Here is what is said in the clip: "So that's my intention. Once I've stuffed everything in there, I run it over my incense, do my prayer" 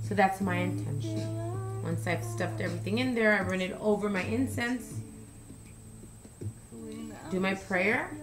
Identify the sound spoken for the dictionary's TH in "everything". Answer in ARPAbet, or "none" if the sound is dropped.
TH